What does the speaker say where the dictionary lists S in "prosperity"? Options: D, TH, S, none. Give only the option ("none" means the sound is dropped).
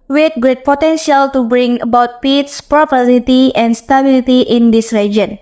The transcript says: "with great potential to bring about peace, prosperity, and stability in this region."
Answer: none